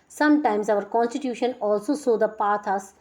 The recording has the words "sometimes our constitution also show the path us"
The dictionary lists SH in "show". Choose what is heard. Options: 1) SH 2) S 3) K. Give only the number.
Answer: 2